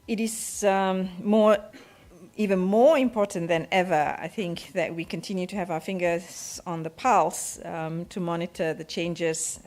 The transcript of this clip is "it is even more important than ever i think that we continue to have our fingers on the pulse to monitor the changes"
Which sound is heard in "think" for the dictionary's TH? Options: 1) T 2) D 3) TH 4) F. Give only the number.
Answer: 3